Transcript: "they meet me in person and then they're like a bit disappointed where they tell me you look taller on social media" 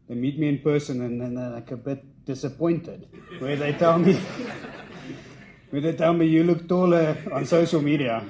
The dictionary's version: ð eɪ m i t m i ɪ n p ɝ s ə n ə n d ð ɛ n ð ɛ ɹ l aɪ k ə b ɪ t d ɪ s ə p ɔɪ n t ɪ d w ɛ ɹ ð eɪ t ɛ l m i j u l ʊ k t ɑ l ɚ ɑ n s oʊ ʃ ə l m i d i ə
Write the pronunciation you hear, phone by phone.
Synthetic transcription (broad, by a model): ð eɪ m i t m i ɪ n p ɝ s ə n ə n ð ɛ n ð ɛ l aɪ k ə b ɪ t d ɪ s ə p ɔɪ n t ɪ d w ɛ w ð eɪ t ɛ l m i j u l ʊ k t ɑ l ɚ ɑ n s oʊ ʃ ə l m i d i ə